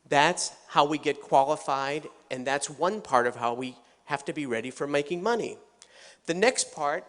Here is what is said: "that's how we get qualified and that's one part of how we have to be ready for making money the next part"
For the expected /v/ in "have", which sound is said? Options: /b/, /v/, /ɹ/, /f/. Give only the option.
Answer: /f/